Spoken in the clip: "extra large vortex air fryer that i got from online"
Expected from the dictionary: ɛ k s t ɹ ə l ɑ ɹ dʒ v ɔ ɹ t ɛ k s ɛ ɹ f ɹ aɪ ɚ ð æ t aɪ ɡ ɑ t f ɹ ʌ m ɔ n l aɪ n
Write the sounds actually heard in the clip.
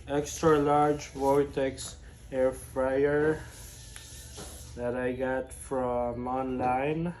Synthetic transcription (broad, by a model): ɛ k s t ɹ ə l ɑ ɹ dʒ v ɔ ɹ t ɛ k s ɛ ɹ f ɹ aɪ ɚ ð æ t aɪ ɡ ɑ t f ɹ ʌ m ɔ n l aɪ n